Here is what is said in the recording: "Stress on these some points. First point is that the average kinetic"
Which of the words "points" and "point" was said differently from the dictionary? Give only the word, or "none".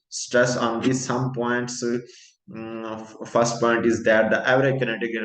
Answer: none